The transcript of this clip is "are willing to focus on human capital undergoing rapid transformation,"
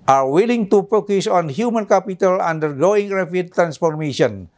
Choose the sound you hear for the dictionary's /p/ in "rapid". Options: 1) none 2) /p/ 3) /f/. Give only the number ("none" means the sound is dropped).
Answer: 3